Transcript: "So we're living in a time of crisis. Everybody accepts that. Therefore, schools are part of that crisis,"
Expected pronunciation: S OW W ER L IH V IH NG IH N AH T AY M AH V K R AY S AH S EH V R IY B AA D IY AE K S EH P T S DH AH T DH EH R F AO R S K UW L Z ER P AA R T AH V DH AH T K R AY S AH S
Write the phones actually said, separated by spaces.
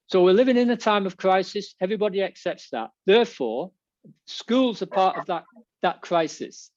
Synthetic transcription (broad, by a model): S OW W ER L IH V IH NG IH N AH T AY M AH V K R AY S AH S EH V R IY B AA D IY AE K S EH P T S DH AH T DH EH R F AO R S K UW L Z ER P AA R T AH V DH AH T K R AY S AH S